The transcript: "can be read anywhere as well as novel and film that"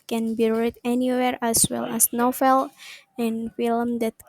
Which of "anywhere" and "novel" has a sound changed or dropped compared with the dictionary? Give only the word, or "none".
novel